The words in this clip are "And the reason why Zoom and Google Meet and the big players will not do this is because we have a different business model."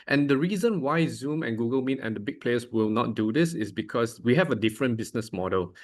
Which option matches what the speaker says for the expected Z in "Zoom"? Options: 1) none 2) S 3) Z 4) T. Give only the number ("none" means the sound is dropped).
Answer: 3